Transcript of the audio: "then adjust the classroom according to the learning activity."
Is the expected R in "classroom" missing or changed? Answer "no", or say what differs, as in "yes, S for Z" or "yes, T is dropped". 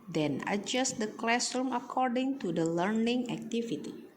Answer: yes, R is dropped